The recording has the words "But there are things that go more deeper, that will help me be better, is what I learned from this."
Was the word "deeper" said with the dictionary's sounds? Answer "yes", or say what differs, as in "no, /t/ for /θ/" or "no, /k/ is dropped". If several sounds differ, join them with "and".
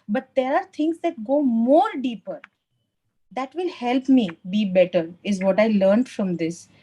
yes